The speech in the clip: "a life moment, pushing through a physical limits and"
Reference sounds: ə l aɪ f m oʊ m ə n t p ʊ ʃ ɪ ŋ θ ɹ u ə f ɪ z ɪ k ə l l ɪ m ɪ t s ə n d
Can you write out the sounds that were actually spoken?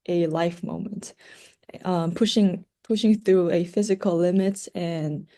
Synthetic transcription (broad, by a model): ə l aɪ f m oʊ m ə n t p ʊ ʃ ɪ ŋ θ ɹ u ə f ɪ z ɪ k ə l l ɪ m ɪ t ə n